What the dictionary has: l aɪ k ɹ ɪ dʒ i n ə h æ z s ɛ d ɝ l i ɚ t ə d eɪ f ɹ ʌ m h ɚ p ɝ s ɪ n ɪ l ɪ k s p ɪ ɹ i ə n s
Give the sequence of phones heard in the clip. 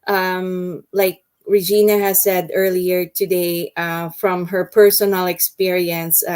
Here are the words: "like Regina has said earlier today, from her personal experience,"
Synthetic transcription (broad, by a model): l aɪ k ɹ ɪ dʒ i n ə h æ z s ɛ d ɝ l i ɚ t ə d eɪ f ɹ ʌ m h ɚ p ɝ s ɪ n ɪ l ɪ k s p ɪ ɹ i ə n s